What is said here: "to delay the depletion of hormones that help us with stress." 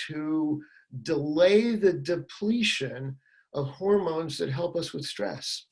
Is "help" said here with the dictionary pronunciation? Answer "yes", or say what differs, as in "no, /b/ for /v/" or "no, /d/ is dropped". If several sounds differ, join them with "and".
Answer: yes